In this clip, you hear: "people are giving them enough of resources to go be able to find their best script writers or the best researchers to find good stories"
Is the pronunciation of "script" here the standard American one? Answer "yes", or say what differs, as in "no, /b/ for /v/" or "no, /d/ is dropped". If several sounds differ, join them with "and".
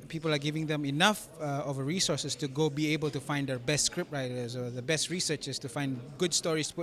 yes